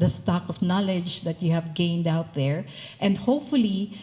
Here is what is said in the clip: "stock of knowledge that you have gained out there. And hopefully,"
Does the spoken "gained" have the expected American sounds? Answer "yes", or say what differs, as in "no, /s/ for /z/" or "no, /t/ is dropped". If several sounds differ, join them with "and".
yes